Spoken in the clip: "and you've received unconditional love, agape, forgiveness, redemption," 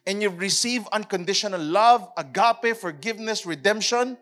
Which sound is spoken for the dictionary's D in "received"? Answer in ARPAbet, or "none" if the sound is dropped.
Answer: none